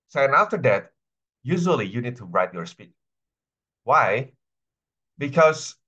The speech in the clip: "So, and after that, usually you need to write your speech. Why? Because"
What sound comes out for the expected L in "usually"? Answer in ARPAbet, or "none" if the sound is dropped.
L